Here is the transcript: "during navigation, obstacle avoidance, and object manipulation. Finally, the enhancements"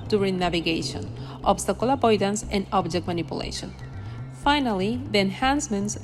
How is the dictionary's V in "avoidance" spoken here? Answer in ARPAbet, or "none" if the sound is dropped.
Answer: P